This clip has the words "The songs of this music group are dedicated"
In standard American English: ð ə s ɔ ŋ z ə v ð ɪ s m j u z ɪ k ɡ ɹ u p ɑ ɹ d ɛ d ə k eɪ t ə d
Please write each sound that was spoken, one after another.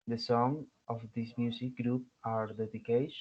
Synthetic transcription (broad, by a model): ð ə s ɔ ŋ ə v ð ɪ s m j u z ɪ k ɡ ɹ u p ɑ ɹ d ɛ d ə k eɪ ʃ